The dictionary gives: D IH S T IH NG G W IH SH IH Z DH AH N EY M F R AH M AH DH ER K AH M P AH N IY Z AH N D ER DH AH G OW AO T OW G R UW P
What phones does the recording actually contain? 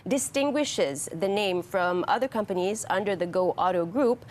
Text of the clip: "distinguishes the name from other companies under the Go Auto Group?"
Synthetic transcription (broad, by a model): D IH S T IH NG G W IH SH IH Z DH AH N EY M F R AH M AH DH ER K AH M P AH N IY Z AH N D ER DH AH G OW AO T OW G R UW P